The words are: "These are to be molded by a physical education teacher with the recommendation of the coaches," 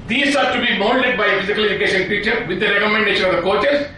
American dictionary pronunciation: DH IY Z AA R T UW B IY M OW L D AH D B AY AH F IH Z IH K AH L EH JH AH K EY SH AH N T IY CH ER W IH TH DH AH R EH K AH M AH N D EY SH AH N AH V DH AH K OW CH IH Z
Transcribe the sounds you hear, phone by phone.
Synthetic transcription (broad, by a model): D IY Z AA R T UW B IY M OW N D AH D B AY AH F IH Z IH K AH L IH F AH K EY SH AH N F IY CH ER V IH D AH R EH K AH M AH N D EY SH AH N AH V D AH K OW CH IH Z